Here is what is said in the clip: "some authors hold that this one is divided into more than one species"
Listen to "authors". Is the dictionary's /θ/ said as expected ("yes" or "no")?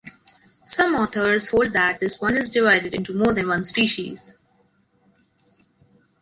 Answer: no